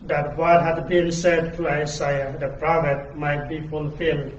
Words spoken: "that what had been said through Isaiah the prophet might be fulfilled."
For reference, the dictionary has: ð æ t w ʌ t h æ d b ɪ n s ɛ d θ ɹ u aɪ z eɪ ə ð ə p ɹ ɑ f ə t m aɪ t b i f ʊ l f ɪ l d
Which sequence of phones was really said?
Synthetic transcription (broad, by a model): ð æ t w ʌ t h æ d b ɪ n s ɛ d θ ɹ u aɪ s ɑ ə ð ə p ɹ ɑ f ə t m aɪ t b i f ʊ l f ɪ l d